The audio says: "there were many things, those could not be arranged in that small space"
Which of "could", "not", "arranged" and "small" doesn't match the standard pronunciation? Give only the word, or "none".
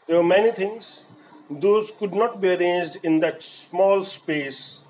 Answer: none